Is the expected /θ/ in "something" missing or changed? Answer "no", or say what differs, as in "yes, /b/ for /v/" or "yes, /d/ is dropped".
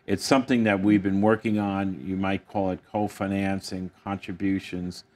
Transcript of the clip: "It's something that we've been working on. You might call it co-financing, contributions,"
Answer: no